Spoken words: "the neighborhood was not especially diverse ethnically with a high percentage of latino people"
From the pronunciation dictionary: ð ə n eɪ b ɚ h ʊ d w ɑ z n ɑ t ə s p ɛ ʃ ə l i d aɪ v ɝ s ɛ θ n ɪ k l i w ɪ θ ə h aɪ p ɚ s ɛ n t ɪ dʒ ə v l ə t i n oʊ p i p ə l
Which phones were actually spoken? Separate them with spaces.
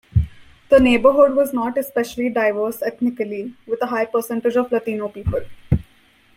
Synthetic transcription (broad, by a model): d ə n eɪ b ɚ h ʊ d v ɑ z n ɑ t ə s p ɛ ʃ ə l i d aɪ v ɝ s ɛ t n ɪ k l i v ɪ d ə h aɪ p ɚ s ɛ n t ɪ dʒ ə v l ə t i n oʊ p i p ə l